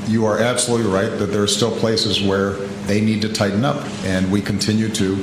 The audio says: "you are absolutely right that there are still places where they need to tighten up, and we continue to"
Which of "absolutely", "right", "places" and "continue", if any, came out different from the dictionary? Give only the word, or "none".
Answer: none